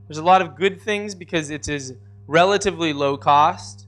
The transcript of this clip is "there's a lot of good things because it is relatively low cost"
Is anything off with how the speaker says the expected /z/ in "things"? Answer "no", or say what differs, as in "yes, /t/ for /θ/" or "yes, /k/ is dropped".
no